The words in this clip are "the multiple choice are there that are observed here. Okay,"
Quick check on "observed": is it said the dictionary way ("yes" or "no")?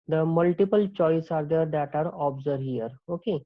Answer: no